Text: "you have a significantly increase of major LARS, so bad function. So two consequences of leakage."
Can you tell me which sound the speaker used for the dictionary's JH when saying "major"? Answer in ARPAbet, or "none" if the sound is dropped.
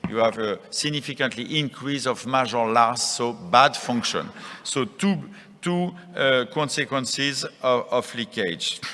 ZH